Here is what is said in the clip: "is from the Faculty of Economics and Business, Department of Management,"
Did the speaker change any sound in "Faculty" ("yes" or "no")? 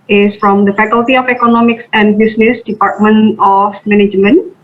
no